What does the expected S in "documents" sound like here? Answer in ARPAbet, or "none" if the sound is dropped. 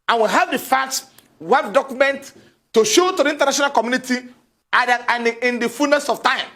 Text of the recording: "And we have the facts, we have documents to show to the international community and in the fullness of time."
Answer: none